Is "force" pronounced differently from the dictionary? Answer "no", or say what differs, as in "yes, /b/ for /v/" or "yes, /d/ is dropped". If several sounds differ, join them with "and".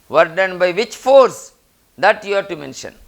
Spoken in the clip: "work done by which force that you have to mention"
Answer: no